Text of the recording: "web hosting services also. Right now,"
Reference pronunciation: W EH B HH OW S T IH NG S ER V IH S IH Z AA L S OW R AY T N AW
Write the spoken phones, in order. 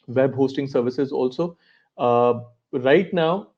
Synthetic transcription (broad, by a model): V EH B HH OW S T IH NG S ER V IH S IH Z AA L S OW R AY T N AW